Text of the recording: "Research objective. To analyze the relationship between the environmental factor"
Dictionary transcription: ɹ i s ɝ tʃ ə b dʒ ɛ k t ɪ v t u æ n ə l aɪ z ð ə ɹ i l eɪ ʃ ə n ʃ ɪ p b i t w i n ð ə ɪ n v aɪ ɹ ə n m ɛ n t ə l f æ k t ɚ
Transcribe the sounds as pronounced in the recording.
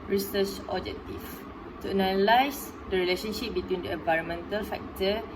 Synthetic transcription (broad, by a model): ɹ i s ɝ tʃ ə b dʒ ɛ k t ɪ f t u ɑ n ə l aɪ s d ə ɹ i l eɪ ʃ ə n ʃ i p b i t w i n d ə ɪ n v aɪ ɹ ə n m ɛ n t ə l f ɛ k t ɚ